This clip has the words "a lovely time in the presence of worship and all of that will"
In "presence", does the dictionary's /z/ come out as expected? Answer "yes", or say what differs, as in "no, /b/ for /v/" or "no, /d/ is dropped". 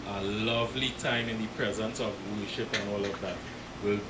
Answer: yes